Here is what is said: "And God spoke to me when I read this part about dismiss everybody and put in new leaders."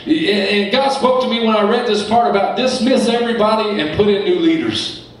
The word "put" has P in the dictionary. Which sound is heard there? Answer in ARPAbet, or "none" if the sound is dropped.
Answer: P